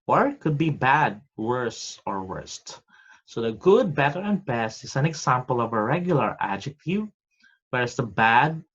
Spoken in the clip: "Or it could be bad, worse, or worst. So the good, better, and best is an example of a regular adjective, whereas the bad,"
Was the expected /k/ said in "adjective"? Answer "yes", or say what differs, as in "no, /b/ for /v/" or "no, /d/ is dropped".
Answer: yes